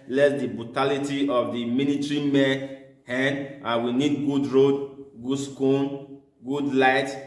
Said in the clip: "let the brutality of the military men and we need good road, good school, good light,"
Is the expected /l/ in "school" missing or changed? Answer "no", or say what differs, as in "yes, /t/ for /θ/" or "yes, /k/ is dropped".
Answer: yes, /n/ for /l/